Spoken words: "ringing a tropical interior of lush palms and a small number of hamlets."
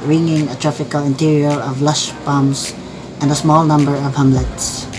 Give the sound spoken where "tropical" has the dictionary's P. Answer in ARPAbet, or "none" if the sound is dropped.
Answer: F